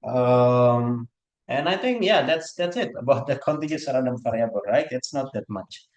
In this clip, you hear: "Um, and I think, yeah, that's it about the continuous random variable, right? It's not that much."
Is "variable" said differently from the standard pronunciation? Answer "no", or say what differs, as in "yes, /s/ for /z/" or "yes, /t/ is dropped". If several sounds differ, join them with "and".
yes, /f/ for /v/